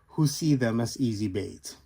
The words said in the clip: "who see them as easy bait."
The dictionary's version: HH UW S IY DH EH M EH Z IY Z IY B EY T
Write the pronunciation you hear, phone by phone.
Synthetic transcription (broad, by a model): HH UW S IY DH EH M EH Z IY Z IY B EY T